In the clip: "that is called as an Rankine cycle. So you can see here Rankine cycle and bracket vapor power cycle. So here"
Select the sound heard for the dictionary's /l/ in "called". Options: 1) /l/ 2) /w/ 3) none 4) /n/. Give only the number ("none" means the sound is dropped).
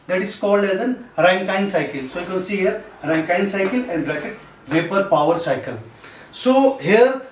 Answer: 1